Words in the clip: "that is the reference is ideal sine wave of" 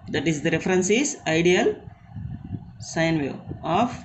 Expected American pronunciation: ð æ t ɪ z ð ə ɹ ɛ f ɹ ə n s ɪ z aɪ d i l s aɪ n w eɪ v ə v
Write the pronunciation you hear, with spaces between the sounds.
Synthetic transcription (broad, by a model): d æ t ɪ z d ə ɹ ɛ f ɹ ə n s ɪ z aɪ d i l s aɪ n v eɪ ə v